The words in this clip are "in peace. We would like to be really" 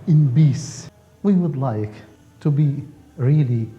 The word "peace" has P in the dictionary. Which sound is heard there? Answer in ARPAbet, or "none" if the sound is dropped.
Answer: B